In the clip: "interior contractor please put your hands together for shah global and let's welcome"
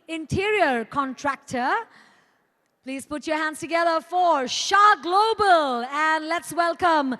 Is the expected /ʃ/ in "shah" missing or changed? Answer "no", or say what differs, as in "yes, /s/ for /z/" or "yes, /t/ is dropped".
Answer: no